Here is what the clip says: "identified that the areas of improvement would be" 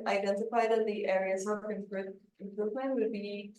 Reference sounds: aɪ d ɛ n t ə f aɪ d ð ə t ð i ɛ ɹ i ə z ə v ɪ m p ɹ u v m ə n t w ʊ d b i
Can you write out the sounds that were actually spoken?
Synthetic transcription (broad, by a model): aɪ d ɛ n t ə f aɪ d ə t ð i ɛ ɹ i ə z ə p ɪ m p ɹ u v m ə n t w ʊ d b i